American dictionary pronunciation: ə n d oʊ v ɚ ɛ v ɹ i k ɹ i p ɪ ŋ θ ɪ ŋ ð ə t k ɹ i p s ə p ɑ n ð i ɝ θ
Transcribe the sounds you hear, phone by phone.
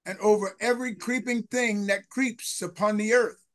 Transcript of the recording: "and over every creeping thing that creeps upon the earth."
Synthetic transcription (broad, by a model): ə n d oʊ v ɚ ɛ v ɹ i k ɹ i p ɪ ŋ θ ɪ ŋ ð ə t k ɹ i p s ə p ɑ n ð i ɝ θ